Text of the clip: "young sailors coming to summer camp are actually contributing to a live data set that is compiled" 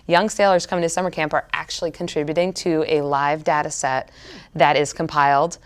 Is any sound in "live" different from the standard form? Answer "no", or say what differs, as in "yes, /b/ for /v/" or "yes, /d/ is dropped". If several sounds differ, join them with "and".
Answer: no